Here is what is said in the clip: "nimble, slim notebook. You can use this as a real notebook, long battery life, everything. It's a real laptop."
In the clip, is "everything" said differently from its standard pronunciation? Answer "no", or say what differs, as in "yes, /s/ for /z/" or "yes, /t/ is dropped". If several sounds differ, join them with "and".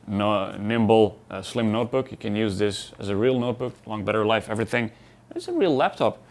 no